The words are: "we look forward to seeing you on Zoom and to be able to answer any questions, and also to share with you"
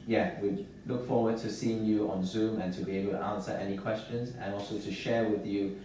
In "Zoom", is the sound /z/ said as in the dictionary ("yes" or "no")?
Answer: yes